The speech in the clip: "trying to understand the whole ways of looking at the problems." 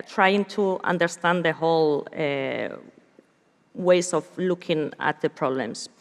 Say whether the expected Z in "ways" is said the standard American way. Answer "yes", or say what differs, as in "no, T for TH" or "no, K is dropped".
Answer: no, S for Z